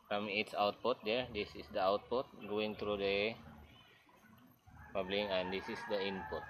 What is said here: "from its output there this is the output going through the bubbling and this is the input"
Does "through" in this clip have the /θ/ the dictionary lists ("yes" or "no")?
no